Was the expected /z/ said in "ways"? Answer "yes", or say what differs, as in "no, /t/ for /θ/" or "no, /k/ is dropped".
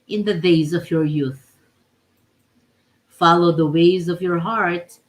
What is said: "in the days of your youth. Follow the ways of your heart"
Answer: yes